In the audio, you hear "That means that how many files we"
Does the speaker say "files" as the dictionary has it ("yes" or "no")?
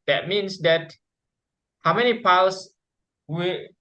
no